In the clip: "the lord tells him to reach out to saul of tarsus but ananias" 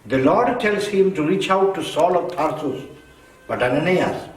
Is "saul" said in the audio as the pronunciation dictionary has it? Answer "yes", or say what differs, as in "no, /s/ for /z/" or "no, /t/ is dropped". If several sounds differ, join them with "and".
yes